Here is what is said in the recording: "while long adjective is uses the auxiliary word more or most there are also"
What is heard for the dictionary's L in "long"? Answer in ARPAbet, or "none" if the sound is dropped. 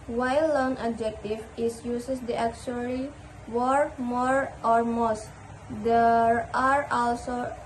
N